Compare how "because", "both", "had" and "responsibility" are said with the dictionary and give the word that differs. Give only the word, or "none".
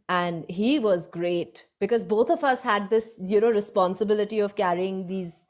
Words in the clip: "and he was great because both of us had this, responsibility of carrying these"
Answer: both